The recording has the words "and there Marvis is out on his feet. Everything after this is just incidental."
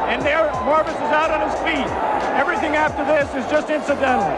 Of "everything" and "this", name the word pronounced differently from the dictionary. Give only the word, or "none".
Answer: none